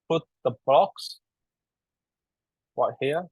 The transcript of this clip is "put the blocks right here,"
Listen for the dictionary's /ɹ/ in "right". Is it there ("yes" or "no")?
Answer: no